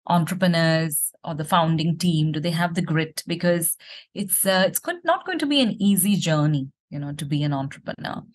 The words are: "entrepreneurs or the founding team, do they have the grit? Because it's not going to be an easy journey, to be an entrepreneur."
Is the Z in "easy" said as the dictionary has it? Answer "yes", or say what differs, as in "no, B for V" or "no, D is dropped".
yes